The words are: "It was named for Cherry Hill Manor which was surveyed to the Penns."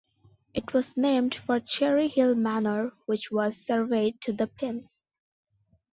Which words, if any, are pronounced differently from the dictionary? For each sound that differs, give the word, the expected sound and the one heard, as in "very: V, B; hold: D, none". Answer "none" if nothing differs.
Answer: penns: Z, S